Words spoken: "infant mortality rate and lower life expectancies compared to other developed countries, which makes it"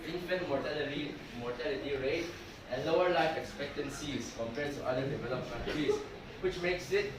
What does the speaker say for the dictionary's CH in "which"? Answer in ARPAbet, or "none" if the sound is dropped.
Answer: CH